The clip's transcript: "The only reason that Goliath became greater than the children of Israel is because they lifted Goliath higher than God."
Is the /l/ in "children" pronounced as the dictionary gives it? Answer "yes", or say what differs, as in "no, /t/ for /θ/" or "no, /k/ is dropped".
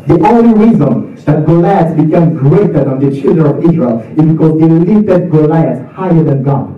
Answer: yes